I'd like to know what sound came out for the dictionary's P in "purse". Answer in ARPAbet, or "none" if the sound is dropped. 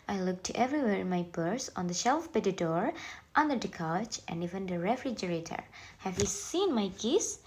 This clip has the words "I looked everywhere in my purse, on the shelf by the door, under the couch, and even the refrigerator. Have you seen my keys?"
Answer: B